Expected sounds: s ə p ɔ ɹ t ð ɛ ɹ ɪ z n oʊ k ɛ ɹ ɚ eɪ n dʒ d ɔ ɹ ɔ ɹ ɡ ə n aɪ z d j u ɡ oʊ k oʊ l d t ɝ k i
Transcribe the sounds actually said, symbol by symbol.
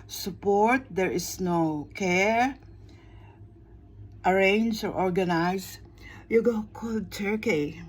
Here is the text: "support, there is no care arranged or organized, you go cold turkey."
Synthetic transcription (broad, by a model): s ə p ɔ ɹ t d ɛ ɹ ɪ s n oʊ k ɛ ɹ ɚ eɪ n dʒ ɔ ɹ ɔ ɹ ɡ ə n aɪ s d j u ɡ oʊ k oʊ l d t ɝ k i